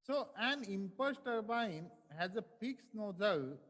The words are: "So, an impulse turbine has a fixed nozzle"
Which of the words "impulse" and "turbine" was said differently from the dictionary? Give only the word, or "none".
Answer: impulse